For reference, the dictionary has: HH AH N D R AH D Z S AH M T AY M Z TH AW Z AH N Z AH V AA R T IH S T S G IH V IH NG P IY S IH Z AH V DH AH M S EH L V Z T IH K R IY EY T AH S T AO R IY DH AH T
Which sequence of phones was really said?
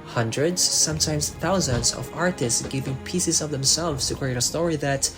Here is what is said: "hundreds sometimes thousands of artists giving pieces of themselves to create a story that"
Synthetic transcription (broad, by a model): HH AH N D R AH D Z S AH M T AY M Z TH AW Z AH N Z AH V AA R T IH S T S G IH V IH NG P IY S IH Z AH V DH AH M S EH L V Z T IH K R IY EY T AH S T AO R IY DH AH T